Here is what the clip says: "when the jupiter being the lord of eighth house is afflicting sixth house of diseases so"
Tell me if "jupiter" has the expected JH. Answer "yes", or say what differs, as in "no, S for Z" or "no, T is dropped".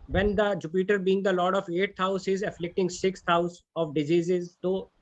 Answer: yes